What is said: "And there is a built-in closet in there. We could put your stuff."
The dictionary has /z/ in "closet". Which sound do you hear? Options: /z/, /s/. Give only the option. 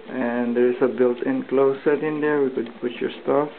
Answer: /s/